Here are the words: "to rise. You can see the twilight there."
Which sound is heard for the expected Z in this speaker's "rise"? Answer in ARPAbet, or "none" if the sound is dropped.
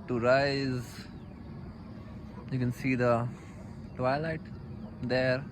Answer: Z